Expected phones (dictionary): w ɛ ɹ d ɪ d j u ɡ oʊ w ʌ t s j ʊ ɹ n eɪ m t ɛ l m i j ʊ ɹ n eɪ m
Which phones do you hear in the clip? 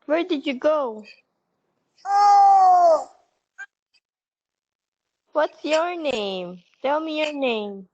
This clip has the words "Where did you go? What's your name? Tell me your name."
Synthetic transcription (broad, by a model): w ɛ ɹ d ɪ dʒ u ɡ oʊ w ʌ t s j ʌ ɹ n eɪ m t ɛ l m i j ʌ ɹ n eɪ m